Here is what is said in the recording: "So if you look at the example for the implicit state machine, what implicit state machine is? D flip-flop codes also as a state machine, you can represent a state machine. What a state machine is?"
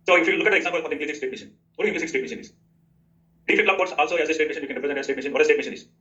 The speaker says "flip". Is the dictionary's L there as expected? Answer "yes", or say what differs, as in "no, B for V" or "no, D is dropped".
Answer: no, L is dropped